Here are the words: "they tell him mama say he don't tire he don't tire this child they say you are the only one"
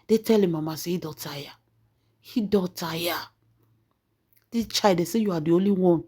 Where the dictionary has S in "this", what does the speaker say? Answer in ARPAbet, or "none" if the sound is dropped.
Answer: none